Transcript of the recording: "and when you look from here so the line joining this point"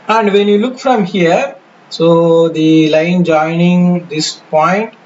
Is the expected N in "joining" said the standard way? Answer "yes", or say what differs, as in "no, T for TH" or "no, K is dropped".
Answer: yes